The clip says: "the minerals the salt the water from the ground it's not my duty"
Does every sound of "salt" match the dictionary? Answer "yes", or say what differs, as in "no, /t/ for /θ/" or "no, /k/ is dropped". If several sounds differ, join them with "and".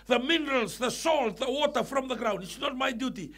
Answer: yes